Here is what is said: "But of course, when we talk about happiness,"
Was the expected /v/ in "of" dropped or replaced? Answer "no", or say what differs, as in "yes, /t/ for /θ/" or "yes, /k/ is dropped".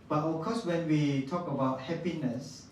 yes, /f/ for /v/